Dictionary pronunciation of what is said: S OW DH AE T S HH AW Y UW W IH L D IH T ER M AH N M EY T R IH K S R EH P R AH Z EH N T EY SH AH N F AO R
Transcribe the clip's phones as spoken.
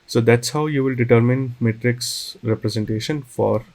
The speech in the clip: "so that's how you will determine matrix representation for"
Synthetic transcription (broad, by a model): S OW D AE T S HH AW Y UW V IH L D IH T ER M AH N M EY T R IH K S R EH P R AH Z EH N T EY SH AH N F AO R